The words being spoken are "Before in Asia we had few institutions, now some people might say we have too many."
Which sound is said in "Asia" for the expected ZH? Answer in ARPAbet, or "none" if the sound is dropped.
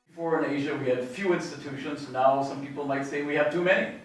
ZH